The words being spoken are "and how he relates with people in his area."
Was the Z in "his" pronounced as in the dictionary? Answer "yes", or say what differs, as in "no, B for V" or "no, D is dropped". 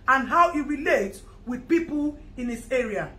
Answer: no, S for Z